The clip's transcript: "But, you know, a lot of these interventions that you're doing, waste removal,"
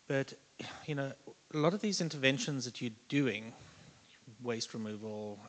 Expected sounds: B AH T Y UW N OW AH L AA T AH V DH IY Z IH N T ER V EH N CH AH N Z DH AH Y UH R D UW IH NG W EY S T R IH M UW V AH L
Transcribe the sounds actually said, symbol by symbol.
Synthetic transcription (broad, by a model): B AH T Y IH N OW AH L AA T AH V DH IY Z IH N T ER V EH N SH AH N Z DH AH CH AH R D UW IH NG W EY S T R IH M UW V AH L